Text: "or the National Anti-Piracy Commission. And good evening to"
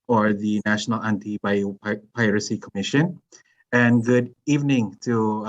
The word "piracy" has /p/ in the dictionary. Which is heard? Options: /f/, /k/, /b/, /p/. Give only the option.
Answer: /p/